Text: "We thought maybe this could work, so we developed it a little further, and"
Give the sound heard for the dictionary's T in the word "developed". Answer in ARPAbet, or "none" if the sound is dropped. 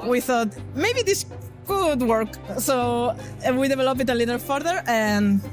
none